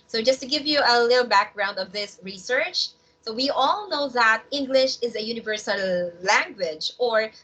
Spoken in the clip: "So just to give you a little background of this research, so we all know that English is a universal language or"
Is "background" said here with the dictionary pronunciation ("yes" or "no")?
yes